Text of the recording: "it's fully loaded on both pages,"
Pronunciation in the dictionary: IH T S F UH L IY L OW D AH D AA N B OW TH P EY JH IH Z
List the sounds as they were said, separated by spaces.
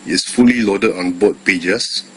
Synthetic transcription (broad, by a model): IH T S F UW L IY L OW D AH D AA N B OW T P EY JH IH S